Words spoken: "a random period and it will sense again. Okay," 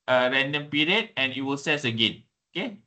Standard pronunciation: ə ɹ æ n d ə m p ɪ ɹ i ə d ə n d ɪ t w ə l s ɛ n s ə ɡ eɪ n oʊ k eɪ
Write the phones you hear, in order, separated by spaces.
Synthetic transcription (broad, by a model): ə ɹ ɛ n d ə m p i ɹ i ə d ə n ɪ t w ə l s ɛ s ə ɡ eɪ n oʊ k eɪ